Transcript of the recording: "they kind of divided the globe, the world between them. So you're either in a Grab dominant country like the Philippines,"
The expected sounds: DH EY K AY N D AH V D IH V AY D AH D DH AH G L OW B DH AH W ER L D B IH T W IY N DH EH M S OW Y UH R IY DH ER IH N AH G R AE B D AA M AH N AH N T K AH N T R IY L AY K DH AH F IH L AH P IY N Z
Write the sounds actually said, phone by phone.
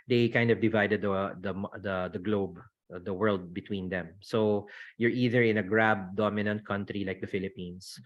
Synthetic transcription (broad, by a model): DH EY K AY N D AH V D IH V AY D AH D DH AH G L OW B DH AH W ER L D B IH T W IY N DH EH M S OW Y UH R IY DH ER IH N AH G R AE B D AA M AH N AH N T K AH N T R IY L AY K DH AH F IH L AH P IY N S